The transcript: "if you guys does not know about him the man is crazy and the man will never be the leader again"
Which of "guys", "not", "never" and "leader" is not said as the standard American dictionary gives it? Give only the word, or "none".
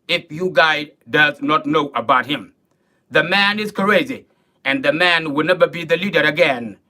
guys